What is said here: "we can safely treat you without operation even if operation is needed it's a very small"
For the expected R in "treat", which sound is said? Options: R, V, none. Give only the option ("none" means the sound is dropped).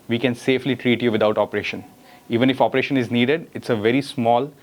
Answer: R